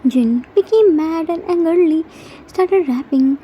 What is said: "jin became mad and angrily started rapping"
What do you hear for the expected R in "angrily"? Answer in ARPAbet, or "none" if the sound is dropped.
none